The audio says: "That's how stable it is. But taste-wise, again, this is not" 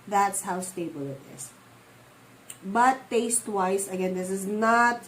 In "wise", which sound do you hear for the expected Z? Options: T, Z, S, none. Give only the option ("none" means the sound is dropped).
S